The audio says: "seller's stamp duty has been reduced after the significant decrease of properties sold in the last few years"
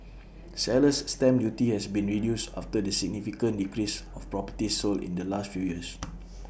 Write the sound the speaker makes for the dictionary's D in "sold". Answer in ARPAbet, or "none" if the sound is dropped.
none